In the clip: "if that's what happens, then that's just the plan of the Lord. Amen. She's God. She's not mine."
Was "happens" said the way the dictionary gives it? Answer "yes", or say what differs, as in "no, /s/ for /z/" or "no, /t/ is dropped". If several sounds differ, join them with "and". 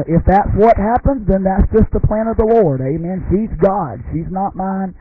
yes